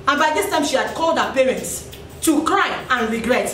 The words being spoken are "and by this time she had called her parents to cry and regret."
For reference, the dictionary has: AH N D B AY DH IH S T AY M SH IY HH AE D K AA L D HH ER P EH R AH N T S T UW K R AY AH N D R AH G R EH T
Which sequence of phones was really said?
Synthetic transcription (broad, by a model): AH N B AY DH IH S T AY M SH IY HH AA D K AA L D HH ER P EH R AH N T S T UW K R AY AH N R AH G R EH T